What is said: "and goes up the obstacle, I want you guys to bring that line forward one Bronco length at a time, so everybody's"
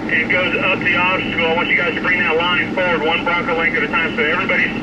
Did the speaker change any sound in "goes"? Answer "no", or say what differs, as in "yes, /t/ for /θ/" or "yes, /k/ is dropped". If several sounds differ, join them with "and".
no